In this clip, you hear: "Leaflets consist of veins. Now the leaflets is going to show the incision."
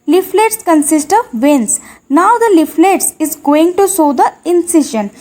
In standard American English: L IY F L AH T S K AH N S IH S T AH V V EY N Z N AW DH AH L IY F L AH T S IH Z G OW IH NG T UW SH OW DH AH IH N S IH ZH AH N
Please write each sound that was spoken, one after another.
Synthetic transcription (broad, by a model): L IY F L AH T S K AH N S IH S T AH V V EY N S N AW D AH L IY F L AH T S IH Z G OW IH NG T UW S OW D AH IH N S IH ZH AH N